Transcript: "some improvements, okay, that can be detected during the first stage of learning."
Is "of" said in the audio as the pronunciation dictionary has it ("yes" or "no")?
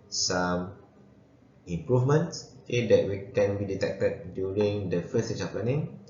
no